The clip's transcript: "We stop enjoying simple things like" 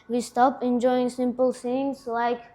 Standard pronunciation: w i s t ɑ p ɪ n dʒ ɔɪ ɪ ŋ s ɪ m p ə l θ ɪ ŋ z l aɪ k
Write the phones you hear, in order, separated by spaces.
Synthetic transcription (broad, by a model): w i s t ɑ p ɪ n dʒ ɔɪ ɪ ŋ s ɪ m p ə l s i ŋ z l aɪ k